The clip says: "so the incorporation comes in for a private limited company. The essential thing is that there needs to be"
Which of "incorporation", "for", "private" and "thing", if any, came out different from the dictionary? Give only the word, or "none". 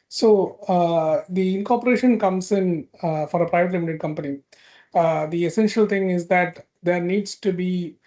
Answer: thing